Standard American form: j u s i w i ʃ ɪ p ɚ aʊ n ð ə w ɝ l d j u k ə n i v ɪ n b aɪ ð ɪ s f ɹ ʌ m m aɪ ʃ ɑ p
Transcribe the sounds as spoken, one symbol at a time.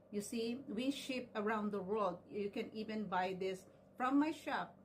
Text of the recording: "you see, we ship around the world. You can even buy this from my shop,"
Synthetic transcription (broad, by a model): j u s i w i ʃ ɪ p ɚ aʊ n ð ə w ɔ d j u k ə n i v ɪ n b aɪ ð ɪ s f ɹ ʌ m m aɪ ʃ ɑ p